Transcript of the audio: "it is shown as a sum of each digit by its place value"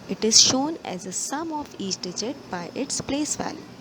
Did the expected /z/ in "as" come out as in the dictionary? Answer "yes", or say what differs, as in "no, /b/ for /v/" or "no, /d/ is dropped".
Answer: yes